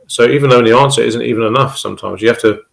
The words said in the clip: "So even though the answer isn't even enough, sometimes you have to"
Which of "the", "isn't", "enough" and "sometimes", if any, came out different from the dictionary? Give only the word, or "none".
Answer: none